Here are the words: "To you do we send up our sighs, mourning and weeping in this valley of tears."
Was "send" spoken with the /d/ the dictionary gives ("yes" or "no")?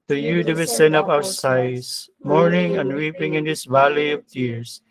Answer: no